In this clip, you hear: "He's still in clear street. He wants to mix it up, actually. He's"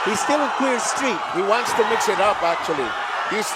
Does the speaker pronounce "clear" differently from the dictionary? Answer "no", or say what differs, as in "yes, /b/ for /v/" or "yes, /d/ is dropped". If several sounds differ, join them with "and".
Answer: yes, /w/ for /l/